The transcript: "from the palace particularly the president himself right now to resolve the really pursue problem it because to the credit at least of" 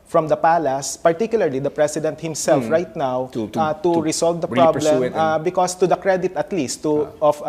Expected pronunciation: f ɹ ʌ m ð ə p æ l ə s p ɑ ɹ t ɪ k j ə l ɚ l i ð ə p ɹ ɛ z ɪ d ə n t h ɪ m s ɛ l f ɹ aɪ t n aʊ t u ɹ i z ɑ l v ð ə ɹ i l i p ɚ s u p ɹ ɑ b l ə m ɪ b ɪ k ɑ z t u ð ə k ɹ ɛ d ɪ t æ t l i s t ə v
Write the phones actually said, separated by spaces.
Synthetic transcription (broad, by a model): f ɹ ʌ m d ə p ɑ l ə s p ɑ ɹ t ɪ k j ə l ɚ l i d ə p ɹ ɛ s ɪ d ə n t h ɪ m s ɛ l f ɹ aɪ t n aʊ t u ɹ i s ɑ l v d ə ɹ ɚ ɹ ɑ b l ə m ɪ b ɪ k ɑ s t u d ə k ɹ ɛ d ɪ t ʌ t l i s t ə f